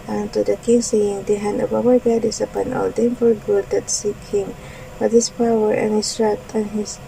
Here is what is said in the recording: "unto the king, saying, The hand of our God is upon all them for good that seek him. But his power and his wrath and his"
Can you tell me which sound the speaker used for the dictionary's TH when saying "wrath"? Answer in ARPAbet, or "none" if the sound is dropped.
T